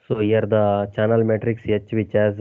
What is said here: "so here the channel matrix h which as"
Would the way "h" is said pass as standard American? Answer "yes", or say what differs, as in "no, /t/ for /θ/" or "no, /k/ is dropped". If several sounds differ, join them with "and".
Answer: yes